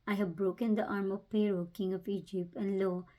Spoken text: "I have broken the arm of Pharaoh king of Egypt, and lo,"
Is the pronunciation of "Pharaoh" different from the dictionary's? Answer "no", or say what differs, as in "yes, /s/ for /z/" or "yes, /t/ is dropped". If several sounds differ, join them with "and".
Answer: yes, /p/ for /f/